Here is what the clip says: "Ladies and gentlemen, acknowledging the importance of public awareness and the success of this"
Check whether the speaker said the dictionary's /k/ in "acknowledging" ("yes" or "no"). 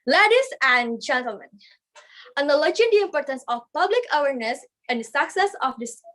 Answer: no